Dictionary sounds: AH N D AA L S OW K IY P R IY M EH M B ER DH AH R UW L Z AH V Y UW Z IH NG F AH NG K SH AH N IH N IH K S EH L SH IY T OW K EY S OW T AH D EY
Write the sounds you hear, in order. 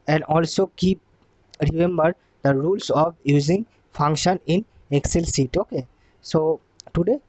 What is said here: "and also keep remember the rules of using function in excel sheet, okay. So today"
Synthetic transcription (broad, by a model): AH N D AA L S OW K IY P R IY M EH M B ER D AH R UW L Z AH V Y UW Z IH NG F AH NG K SH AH N IH N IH K S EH L S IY T OW K EY S OW T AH D EY